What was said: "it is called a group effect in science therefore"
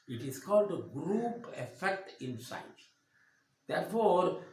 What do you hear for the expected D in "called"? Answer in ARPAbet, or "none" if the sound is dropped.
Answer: D